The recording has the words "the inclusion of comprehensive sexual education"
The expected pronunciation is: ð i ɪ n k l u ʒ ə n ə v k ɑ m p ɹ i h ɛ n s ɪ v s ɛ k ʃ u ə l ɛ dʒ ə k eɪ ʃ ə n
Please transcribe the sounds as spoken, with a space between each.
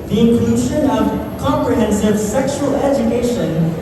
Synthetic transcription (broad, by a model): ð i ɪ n k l u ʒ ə n ə v k ɑ m p ɹ i h ɛ n s ɪ v s ɛ k ʃ u ə l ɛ dʒ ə k eɪ ʃ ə n